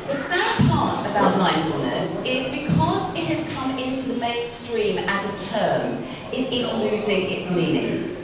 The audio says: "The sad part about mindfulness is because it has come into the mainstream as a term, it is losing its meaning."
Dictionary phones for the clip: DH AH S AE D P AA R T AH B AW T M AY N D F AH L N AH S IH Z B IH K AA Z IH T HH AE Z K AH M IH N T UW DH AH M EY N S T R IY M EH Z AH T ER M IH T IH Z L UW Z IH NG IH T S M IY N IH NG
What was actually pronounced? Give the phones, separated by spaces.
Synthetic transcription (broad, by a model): DH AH S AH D P AA T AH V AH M AY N F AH L N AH S IH Z B IH K AA Z IH T HH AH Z K AH M IH N T UW DH AH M EY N S T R IY M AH Z AH T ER M IH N IH S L UW Z IH NG IH T S M IY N IH NG